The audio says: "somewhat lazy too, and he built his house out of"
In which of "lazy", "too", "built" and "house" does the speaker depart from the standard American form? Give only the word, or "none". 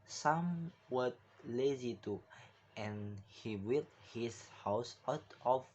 built